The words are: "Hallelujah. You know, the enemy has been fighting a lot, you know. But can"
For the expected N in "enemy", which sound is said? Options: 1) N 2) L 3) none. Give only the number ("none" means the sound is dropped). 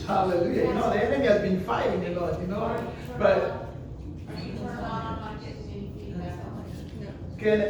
3